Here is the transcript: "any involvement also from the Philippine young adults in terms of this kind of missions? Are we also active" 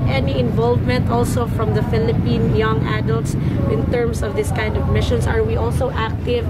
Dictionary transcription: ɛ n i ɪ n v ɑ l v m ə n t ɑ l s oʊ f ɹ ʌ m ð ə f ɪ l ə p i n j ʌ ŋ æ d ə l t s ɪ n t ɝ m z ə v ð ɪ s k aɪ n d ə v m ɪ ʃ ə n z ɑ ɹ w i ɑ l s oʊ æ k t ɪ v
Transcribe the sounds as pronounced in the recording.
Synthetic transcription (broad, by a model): ɛ n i ɪ n v ɑ l v m ə n t ɑ l s oʊ f ɹ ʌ m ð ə f ɪ l ə p i n j ʌ ŋ æ d ə l t s ɪ n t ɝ m s ə v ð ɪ s k aɪ n d ə v m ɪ ʃ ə n s ɑ ɹ w i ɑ l s oʊ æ k t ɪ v